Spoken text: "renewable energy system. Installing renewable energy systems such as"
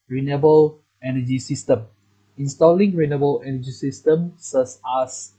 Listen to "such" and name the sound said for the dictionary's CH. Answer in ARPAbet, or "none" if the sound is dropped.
S